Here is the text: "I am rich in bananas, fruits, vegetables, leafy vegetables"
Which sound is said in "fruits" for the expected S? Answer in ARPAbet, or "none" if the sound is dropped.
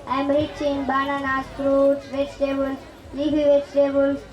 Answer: none